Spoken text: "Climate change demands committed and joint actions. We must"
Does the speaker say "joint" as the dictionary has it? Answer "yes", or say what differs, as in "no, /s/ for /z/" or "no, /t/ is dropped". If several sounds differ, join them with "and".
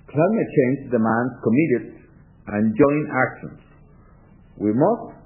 no, /t/ is dropped